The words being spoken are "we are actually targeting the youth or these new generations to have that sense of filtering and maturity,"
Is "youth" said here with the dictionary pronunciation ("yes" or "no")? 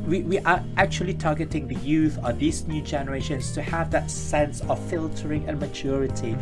yes